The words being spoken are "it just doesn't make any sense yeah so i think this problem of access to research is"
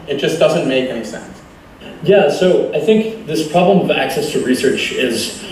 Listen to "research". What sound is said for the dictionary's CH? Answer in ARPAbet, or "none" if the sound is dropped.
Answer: CH